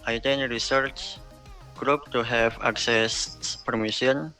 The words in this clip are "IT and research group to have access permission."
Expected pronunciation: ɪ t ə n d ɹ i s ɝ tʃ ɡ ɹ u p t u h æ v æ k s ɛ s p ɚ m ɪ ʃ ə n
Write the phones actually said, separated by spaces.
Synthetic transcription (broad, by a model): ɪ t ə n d ɹ i s ɝ tʃ ɡ ɹ u p t u h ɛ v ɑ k s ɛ s p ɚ m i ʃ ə n